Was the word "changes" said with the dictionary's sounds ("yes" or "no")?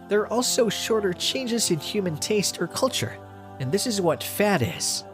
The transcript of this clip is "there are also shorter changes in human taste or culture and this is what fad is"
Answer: yes